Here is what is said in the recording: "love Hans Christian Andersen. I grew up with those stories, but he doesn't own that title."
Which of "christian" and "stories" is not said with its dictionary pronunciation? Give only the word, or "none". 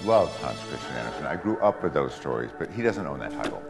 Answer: christian